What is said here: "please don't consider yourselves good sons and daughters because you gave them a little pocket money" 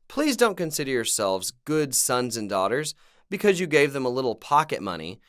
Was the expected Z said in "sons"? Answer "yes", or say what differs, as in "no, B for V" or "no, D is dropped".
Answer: yes